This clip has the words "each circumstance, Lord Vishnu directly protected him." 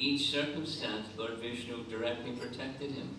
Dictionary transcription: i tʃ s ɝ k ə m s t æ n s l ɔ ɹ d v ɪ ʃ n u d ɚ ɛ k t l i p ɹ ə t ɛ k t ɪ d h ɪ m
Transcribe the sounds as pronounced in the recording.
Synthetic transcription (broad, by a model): i tʃ s ɝ k ə m s t æ n s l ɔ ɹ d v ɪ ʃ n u d ɚ ɛ k t l i p ɹ ə t ɛ k t ɪ d h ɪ m